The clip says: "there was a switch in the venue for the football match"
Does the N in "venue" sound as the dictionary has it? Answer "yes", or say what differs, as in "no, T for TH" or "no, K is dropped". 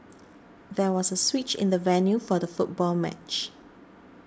yes